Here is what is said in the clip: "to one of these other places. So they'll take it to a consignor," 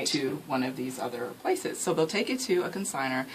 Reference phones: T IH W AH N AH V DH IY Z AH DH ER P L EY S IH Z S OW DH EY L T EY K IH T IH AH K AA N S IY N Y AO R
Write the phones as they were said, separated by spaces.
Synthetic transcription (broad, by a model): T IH W AH N AH V DH IY Z AH DH ER P L EY S IH Z S OW DH EY L T EY K IH T IH AH K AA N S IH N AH R